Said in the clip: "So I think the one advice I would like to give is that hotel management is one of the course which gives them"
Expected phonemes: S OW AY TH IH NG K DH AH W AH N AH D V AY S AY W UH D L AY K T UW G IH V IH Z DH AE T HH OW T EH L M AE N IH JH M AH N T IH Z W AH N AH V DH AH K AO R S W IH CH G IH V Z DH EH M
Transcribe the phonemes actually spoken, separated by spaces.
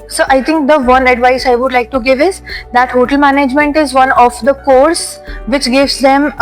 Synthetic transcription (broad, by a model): S OW AY T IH NG K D AH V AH N AH D V AY S AY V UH D L AY K T UW G IH V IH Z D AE T HH OW T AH L M AE N IH JH M AH N T IH Z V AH N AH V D AH K AO R S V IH CH G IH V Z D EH M